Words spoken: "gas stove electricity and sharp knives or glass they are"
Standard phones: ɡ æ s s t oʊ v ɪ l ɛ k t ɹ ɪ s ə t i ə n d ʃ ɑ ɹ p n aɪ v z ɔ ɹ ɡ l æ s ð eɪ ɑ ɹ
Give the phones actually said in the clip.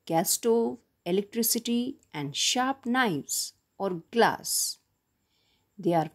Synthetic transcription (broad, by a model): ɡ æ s s t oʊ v ɪ l ɛ k t ɹ ɪ s ə t i ə n d ʃ ɑ ɹ p n aɪ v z ɔ ɹ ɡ l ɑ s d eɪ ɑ ɹ